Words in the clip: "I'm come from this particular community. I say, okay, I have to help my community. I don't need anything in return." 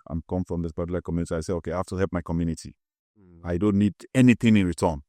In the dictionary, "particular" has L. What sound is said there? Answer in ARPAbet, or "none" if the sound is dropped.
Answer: none